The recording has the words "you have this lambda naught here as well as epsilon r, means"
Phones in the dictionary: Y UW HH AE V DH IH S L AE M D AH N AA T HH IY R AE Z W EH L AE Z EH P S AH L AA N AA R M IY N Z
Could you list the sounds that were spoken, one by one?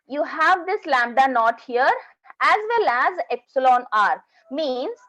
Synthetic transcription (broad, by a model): Y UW HH AE V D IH S L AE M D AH N AA T HH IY R AE Z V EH L AE Z EH P S AH L AA N AA R M IY N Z